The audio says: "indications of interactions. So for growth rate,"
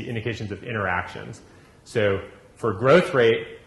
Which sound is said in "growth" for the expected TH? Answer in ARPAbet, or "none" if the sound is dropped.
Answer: TH